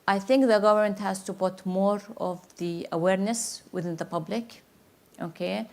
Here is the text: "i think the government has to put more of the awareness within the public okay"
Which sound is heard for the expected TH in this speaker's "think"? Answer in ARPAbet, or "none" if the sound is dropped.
TH